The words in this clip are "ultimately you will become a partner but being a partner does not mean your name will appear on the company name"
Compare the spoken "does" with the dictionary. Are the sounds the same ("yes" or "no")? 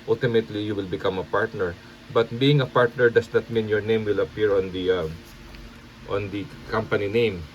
no